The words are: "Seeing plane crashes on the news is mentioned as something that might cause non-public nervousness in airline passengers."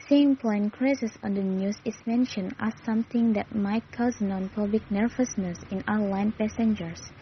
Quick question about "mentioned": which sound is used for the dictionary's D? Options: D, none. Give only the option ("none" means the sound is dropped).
none